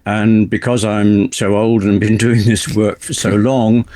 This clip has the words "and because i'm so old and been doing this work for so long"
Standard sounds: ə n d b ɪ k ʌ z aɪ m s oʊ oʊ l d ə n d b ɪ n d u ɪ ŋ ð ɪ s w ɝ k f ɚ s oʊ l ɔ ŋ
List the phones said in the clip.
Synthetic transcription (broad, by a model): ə n b ɪ k ʌ z aɪ m s oʊ oʊ l d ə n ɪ b ɪ n d u ɪ ŋ ð ɪ s w ɝ k f ɚ s oʊ l ɔ ŋ